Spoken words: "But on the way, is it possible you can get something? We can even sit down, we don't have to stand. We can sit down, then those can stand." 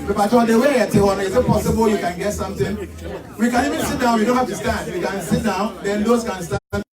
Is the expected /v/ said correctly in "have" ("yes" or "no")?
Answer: no